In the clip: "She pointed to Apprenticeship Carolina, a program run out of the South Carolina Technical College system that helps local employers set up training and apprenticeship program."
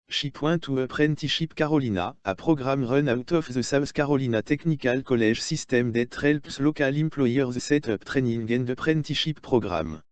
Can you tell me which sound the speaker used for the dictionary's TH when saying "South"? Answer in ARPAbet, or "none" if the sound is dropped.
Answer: S